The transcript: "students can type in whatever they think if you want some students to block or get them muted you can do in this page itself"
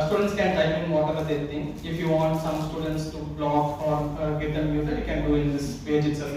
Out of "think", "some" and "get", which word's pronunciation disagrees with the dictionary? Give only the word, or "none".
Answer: think